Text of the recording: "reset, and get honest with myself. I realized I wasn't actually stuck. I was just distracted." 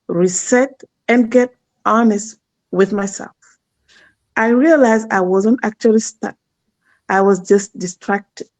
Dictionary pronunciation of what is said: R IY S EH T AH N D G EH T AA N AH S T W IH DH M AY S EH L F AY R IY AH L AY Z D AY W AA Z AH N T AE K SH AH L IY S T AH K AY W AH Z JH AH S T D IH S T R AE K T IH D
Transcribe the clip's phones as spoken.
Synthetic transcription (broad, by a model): R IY S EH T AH N G EH T AA N AH S T W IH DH M AY S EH L F AY R IY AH L AY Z AY W AA Z AH N T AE K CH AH L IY S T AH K AY W AH Z JH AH S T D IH S T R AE K T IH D